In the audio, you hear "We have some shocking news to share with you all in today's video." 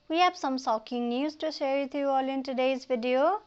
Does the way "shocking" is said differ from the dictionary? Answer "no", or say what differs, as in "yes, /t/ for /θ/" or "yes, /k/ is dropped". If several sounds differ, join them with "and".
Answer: yes, /s/ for /ʃ/